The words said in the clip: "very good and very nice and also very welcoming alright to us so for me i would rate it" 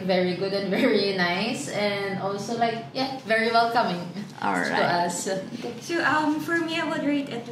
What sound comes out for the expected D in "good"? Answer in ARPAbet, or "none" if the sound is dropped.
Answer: D